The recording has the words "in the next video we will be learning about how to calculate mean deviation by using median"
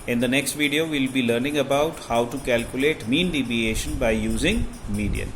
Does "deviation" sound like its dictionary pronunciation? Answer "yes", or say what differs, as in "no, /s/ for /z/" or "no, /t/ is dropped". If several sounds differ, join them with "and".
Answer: no, /b/ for /v/